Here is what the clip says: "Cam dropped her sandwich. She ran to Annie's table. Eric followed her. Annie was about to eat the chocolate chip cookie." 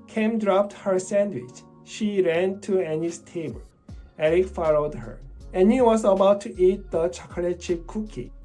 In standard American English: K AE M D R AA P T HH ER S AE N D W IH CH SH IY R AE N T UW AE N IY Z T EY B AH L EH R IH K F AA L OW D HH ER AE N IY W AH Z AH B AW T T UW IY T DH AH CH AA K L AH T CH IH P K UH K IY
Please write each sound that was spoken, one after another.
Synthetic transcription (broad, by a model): K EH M D R AA P T HH ER S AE N D W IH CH SH IY R AE N T UW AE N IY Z T EY B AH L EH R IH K F AA L OW D HH ER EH N IY W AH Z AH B AW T T UW IY T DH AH CH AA K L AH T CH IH K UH K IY